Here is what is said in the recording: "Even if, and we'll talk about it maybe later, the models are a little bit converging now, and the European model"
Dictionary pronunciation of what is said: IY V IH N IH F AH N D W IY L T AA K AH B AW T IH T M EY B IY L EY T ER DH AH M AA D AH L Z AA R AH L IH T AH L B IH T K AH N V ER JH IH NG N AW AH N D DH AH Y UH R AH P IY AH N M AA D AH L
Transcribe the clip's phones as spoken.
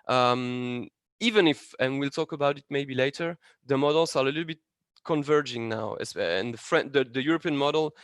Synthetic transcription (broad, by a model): IY V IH N IH F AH N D W IY L T AA K AH B AW T IH T M EY B IY L EY T ER DH AH M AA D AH L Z AA R AH L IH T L B IH T K AH N V ER JH IH NG N AW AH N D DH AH Y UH R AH P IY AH N M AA D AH L